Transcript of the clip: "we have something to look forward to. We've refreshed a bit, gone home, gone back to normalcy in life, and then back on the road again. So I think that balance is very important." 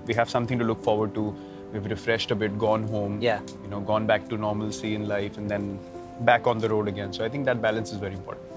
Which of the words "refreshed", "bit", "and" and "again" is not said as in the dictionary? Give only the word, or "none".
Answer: none